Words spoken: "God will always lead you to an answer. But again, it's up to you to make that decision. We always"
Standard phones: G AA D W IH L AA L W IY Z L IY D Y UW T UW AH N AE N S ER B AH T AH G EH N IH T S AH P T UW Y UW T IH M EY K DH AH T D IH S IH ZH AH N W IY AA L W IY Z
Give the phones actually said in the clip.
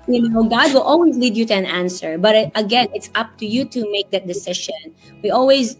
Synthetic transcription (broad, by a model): G AA D W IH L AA L W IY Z L IY D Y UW T UW AH N AE N S ER B AH T AH G EH N IH T S AH P T UW Y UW T IH M EY K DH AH T D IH S IH SH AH N W IY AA L W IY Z